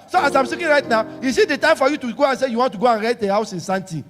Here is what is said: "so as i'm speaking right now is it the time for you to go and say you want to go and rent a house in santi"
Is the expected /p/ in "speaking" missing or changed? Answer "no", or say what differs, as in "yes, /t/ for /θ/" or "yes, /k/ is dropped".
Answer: yes, /p/ is dropped